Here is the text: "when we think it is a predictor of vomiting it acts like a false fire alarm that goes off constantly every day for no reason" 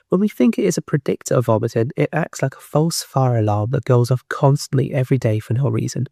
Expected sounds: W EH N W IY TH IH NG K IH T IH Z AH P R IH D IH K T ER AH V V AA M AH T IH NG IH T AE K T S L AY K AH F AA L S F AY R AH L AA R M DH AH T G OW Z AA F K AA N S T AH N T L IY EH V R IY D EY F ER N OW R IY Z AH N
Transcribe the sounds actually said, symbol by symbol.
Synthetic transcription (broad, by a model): W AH N W IY TH IH NG K IH T IH Z AH P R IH D IH K T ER AH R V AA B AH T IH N IH T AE K T S L AY K AH F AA L S F AY R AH L AA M DH AH T G OW Z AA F K AA N S T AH N T L IY EH V R IY D EY F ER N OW R IY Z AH N